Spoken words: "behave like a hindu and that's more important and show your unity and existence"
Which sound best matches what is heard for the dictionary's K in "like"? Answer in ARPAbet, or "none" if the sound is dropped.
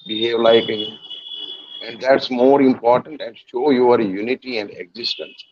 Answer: none